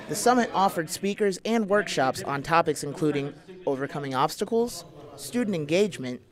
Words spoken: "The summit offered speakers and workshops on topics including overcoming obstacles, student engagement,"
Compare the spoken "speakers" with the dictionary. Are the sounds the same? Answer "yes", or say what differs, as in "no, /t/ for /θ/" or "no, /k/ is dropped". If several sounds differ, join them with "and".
yes